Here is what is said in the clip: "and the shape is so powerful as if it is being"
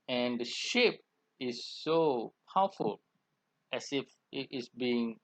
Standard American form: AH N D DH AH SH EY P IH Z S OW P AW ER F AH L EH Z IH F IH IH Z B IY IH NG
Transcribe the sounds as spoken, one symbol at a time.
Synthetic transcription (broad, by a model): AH N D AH SH EY P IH S OW P AW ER F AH L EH S IH F IH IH S B IY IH NG